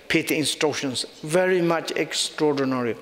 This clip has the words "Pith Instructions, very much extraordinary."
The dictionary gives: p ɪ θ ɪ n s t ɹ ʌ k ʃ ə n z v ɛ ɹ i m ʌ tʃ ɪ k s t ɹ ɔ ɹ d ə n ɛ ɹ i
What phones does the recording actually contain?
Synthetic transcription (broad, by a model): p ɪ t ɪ n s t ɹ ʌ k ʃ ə n s v ɛ ɹ i m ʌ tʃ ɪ k s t ɹ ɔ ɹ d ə n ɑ ɹ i